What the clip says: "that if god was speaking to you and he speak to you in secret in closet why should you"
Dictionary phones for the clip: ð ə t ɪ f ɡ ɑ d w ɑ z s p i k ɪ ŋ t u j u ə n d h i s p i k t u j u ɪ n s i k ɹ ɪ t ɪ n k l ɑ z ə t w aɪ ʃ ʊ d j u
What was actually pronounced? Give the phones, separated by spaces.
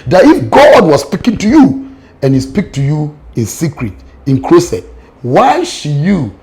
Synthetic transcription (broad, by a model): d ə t ɪ f ɡ ɑ d w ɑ s p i k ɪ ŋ t u j u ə n h i s p i k t u j u ɪ n s i k ɹ ɪ t ɪ n k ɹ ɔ s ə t w aɪ ʃ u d j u